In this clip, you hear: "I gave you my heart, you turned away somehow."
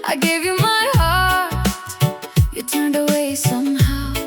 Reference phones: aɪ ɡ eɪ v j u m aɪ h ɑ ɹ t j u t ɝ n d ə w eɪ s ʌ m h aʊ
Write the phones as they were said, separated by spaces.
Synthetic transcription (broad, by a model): aɪ ɡ eɪ v j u m aɪ h ɑ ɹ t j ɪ t ɝ n d ə w eɪ s ʌ m h aʊ